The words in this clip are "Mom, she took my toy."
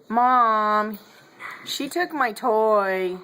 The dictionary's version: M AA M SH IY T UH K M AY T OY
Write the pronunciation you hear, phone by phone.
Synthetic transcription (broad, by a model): M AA M SH IY T UH K M AY T OY